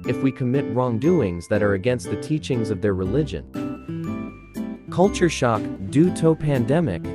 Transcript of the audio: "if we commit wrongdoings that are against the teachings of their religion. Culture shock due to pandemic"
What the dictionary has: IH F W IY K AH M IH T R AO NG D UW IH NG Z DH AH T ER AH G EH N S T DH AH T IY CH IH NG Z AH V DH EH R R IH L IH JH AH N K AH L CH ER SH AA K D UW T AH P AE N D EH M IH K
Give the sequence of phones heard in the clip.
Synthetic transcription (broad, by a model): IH F W IY K AH M IH T R AO NG D UW IH NG Z DH AH T ER AH G EH N S T DH AH T IY CH IH NG Z AH V DH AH R R IH L IH JH AH N K AH L CH ER SH AA K D UW T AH P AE N D EH M IH K